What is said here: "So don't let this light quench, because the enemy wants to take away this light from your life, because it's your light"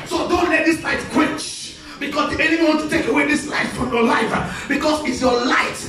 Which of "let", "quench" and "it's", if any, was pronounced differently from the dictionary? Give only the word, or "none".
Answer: quench